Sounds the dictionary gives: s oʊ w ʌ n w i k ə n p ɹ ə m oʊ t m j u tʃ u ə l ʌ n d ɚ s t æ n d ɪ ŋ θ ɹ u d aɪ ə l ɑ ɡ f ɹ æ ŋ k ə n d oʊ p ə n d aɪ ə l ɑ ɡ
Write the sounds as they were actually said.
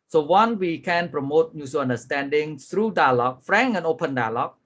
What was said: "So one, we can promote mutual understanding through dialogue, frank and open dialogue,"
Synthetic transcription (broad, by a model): s oʊ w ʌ n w i k ə n p ɹ ə m oʊ t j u s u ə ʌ n d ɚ s t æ n d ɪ ŋ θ ɹ u d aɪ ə l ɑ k f ɹ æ ŋ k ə n oʊ p ə n d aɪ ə l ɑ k